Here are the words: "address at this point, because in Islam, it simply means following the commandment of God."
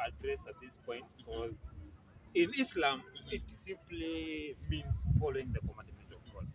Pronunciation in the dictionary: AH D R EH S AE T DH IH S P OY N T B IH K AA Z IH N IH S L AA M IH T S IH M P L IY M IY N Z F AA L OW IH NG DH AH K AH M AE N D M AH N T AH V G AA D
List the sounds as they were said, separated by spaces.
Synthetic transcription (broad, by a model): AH D R EH S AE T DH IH S P OY N T B IH K AA Z IH N IH S L AA M IH T S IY M P L IY M IY N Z F AA L OW IH NG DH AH K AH M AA N D M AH N T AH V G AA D